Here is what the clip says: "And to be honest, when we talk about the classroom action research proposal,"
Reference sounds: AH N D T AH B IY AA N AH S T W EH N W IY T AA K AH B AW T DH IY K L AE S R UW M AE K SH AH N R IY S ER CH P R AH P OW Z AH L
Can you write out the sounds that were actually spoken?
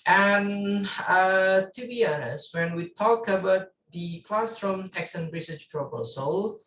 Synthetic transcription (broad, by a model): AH N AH T AH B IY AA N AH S W EH N W IY T AA K AH B AW T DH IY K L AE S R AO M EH K S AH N R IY S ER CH P R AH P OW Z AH L